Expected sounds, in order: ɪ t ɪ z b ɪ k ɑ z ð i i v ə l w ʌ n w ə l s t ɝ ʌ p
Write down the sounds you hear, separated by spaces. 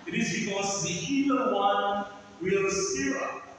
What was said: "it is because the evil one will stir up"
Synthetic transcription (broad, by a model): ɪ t ɪ z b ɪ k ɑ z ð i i ə w ʌ n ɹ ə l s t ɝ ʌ